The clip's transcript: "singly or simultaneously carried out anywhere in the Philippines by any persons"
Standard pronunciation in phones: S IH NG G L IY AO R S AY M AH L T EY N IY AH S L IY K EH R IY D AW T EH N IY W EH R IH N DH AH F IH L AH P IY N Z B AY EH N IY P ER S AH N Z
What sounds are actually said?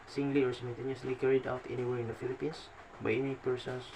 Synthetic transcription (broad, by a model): S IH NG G L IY AO R S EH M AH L T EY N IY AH S L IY K EH R IY D AW T EH N IY W EH R IH N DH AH F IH L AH P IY N S B AY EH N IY P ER S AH N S